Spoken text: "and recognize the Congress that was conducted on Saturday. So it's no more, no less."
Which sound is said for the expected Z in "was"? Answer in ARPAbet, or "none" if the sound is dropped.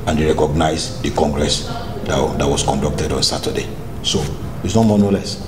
S